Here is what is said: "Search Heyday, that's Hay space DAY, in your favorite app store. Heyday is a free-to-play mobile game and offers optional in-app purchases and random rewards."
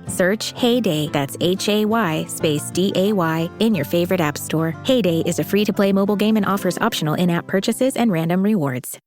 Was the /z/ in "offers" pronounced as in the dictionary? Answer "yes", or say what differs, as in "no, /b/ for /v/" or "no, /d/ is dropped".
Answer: yes